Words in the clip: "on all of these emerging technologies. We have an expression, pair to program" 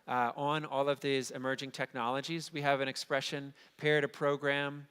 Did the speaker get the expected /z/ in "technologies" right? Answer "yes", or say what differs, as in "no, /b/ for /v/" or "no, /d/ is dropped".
yes